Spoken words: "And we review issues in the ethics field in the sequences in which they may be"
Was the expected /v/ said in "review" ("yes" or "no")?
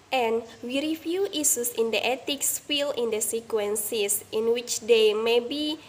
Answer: no